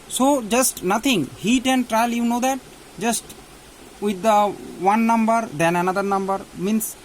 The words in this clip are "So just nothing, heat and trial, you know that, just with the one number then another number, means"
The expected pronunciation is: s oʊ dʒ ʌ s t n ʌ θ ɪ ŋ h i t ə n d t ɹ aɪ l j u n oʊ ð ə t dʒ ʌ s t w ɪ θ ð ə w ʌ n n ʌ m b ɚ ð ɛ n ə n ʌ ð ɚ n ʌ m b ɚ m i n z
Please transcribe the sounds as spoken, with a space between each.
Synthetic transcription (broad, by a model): s oʊ dʒ ʌ s t n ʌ t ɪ ŋ h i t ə n t ɹ aɪ l j u n oʊ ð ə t dʒ ʌ s t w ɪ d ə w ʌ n n ʌ m b ɚ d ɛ n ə n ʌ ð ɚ n ʌ m b ɚ m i n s